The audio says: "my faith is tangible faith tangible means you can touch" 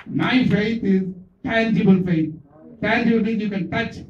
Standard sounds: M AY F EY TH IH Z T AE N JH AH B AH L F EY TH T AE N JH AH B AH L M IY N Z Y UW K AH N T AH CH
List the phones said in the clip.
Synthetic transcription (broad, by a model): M AY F EY T IH Z T AE N JH AH B AH L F EY T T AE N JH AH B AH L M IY Z Y UW K AH N T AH CH